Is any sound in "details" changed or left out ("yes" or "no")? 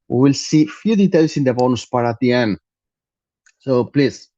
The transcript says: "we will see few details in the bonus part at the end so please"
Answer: yes